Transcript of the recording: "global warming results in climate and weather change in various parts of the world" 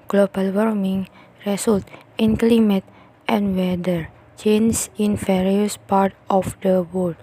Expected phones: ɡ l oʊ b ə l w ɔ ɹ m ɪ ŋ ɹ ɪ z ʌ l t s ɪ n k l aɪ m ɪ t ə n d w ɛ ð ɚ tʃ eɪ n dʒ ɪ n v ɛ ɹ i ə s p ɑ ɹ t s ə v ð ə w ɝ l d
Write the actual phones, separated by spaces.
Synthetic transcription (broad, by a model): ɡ l oʊ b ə l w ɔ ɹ m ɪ ŋ ɹ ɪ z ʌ l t ɪ n k l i m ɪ t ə n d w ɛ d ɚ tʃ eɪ n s ɪ n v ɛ ɹ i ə s p ɑ ɹ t ə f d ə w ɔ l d